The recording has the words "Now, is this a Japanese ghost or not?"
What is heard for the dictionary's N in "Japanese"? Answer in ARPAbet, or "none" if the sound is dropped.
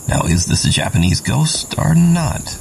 N